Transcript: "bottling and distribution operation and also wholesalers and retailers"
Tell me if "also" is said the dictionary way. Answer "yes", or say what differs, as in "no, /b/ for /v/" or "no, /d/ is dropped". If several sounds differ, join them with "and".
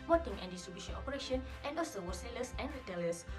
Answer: no, /l/ is dropped